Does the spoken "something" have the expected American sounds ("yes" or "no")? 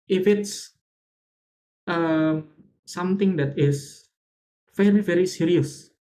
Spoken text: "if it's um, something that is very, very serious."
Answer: no